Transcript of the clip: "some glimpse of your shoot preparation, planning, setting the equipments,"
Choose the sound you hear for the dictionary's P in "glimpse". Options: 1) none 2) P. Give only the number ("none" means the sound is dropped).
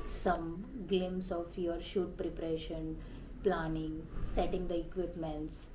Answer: 1